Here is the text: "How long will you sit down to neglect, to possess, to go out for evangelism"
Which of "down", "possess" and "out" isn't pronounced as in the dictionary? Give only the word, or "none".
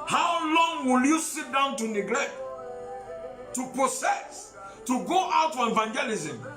possess